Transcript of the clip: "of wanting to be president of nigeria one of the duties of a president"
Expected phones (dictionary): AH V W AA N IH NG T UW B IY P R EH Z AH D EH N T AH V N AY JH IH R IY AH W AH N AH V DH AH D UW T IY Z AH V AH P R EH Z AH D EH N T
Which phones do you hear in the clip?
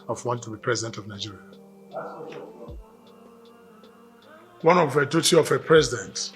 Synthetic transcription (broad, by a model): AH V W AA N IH T UW B IY P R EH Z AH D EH N T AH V N AY JH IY R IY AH W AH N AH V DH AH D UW T IY AH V AH P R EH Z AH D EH N T